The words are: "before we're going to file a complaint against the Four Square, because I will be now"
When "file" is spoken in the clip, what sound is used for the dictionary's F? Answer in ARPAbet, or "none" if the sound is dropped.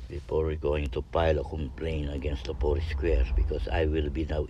P